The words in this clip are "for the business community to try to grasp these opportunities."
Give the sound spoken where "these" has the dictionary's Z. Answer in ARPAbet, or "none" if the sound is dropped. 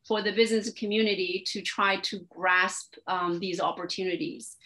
Z